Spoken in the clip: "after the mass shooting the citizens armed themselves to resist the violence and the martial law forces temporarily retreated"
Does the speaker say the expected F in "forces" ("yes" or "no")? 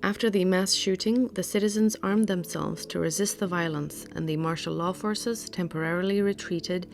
yes